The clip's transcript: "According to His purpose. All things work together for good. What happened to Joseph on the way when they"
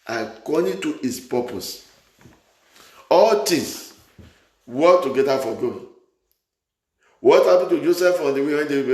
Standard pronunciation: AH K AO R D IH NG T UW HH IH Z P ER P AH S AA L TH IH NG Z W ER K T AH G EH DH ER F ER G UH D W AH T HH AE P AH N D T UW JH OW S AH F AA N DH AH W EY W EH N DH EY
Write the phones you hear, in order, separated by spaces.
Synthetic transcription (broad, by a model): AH K AO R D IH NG T UW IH S P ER P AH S AA L T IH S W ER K T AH G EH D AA F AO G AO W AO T HH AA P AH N T UW JH OW S AH F AA N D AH W EY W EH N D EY